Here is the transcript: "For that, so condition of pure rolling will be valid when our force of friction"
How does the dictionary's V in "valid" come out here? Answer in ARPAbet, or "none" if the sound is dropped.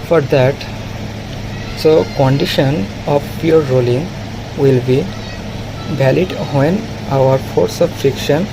B